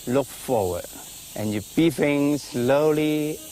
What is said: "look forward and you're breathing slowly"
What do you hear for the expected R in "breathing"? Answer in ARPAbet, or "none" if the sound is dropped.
none